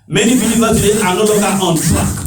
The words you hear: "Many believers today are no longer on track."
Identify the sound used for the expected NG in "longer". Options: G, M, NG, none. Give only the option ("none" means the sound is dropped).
none